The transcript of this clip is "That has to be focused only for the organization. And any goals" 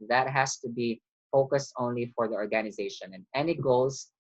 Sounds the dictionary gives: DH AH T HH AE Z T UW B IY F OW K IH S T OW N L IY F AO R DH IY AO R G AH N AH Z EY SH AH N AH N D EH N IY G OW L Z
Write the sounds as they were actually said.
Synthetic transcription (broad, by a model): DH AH T HH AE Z T UW B IY F OW K IH S T OW N L IY F AO R DH IY AO R G AH N AH Z EY SH AH N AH N EH N IY G OW L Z